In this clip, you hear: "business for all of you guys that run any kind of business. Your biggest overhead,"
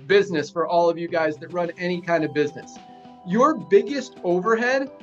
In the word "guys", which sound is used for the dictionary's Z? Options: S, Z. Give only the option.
Z